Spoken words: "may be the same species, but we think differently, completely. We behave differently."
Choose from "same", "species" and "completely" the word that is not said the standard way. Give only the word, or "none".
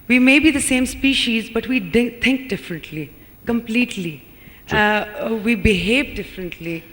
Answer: none